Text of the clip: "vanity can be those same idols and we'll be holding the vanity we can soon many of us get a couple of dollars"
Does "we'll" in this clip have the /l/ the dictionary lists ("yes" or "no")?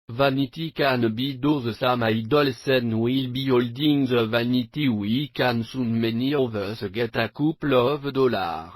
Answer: yes